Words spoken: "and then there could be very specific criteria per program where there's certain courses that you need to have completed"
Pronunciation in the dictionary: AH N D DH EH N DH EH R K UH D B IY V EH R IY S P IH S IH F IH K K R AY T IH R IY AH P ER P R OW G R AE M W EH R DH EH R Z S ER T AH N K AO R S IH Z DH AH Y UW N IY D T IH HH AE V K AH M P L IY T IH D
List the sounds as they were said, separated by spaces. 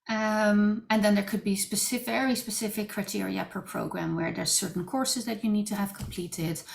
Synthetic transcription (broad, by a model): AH N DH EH N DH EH R K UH D B IY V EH R IY S P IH S IH F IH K K R AY T IH R IY AH P ER P R OW G R AE M W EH R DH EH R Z S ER T N K AO R S IH Z DH AH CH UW N IY D T IH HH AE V K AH M P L IY T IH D